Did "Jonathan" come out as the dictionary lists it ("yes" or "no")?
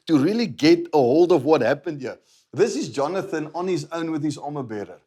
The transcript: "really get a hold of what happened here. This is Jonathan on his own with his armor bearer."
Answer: yes